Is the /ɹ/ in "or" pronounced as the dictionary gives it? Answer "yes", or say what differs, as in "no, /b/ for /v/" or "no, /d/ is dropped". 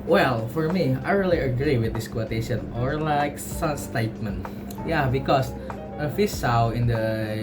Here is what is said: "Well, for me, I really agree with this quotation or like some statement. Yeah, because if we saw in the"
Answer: yes